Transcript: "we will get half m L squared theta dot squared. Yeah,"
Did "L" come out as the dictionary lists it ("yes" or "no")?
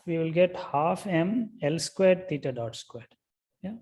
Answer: yes